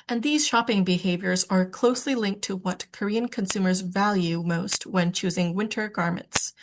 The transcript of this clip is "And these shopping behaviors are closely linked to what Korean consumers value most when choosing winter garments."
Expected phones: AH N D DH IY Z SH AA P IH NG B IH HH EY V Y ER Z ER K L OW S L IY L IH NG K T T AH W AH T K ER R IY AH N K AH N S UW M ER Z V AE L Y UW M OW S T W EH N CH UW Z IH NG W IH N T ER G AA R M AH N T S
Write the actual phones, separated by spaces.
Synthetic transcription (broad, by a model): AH N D DH IY Z SH AA P IH NG B IH HH EY V Y ER Z ER K L OW S L IY L IH NG K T T AH W AH T K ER R IY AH N K AH N S UW M ER Z V AE L Y UW M OW S T W EH N CH UW Z IH NG W IH N T ER G AA R M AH N T S